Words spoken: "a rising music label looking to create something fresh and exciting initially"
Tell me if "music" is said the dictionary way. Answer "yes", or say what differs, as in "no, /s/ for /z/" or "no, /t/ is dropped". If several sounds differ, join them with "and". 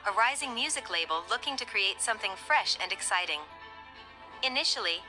yes